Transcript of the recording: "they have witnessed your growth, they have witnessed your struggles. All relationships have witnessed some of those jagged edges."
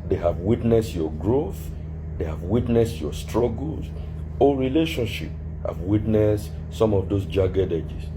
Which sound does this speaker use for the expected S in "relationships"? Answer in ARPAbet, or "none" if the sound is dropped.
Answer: none